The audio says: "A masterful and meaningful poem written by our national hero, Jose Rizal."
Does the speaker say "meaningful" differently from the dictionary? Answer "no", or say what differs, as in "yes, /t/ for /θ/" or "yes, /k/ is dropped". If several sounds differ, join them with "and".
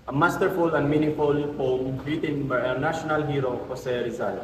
yes, /ŋ/ is dropped